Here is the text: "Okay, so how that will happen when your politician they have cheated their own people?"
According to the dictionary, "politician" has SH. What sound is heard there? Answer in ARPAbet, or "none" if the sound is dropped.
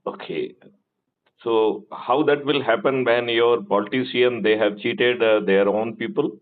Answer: S